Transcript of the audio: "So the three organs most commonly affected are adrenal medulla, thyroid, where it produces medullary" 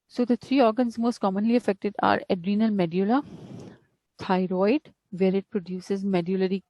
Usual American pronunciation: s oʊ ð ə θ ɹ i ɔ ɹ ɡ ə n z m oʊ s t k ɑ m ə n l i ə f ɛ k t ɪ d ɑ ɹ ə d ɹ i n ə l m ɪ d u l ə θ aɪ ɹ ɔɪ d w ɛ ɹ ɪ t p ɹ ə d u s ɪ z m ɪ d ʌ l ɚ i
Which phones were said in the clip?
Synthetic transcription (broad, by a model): s oʊ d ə t ɹ i ɔ ɹ ɡ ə n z m oʊ s t k ɑ m ə n l i ə f ɛ k t ɪ d ɑ ɹ ə d ɹ i n ə l m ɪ d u l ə t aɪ ɹ ɔɪ d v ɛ ɹ ɪ t p ɹ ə d u s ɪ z m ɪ d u l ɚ i